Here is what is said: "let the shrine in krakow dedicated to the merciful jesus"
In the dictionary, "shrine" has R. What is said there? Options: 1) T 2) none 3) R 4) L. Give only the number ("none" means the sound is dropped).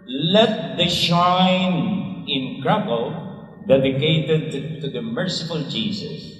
2